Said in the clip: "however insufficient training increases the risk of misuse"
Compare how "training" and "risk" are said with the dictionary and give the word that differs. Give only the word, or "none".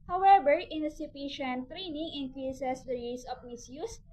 risk